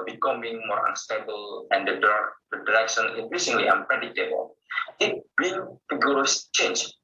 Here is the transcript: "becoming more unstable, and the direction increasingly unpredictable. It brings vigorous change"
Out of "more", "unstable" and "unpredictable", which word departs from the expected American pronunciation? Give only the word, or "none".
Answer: unpredictable